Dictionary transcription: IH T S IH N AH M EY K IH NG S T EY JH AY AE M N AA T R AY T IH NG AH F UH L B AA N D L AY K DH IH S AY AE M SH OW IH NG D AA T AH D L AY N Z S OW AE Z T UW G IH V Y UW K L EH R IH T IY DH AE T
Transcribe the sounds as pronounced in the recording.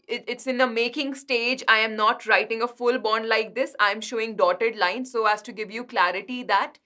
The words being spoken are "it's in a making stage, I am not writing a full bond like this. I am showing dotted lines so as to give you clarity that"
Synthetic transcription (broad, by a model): IH T S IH N AH M EY K IH NG S T EY JH AY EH M N AA T R AY T IH NG AH F UH L B AA N D L AY K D IH S AY M SH OW IH NG D AA T AH D L AY N S OW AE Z T UW G IH V Y UW K L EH R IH T IY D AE T